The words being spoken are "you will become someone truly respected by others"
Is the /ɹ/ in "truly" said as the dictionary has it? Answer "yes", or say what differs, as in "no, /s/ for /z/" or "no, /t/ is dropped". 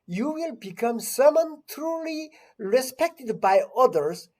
yes